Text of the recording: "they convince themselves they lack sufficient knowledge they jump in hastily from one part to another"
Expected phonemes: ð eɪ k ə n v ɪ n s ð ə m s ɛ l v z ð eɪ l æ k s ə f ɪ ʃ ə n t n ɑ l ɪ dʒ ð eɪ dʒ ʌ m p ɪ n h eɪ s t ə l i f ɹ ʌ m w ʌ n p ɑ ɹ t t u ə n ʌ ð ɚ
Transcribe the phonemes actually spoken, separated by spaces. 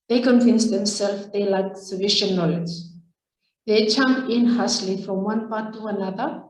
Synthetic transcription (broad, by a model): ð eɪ k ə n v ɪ n s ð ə m s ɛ l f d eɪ l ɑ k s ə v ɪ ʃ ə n n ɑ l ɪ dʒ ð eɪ tʃ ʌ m ɪ n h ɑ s l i f ɹ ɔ m w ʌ n p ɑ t t u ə n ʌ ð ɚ